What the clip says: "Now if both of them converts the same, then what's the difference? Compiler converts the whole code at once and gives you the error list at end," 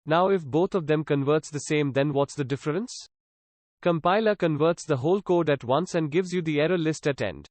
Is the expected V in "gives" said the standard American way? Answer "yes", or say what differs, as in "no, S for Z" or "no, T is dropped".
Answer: yes